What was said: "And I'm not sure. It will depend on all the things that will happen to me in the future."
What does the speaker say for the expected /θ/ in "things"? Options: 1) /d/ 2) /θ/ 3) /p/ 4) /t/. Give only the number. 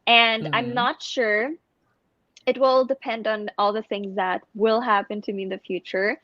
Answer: 2